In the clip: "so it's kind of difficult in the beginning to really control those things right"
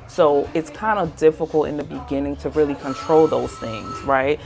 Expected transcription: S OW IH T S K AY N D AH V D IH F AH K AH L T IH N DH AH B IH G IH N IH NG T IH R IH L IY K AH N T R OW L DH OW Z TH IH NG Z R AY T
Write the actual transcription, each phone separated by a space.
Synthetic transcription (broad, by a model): S OW IH T S K AY N D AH D IH F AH K L T IH N DH AH B IH G IH N IH NG T IH R IH L IY K AH N T R OW L DH OW Z TH IH NG Z R AY T